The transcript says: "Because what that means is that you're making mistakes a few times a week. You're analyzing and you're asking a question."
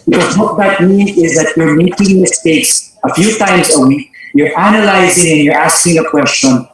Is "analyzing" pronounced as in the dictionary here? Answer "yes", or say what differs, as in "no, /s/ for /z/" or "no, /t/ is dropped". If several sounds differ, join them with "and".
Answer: yes